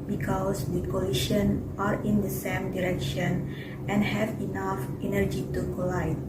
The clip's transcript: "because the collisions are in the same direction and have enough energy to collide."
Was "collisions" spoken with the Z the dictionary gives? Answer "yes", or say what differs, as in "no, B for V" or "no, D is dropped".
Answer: no, Z is dropped